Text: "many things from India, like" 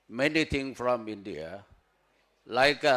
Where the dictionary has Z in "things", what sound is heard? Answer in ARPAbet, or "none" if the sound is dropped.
none